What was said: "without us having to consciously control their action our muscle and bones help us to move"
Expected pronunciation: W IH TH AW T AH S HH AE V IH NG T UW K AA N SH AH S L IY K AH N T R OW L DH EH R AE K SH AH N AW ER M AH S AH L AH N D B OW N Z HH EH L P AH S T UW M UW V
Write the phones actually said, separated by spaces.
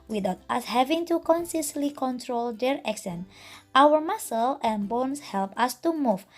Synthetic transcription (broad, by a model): W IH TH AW T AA S HH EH V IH NG T UW K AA N S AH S L IY K AH N T R OW L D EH R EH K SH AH N AW ER M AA S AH L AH N B OW N S HH EH L P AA S T UW M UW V